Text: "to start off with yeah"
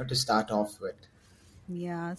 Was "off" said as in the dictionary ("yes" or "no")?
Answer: yes